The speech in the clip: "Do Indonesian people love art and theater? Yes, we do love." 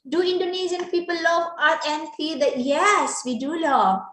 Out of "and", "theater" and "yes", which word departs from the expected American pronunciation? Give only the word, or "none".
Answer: theater